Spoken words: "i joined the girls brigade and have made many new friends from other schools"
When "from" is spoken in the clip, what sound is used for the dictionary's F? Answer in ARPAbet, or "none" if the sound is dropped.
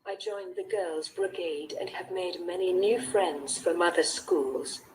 F